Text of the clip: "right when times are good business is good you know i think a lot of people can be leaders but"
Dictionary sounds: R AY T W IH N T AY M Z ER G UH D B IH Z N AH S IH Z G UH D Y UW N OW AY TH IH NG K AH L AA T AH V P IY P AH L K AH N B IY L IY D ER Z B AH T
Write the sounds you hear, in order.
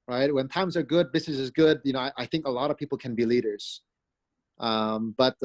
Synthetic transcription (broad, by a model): R AY T W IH N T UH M Z ER G UH D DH IH S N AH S IH Z G UH D Y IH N OW AY TH IH NG K AH L AA T AH V P IY P L K AH N B IY L IY D ER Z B AH T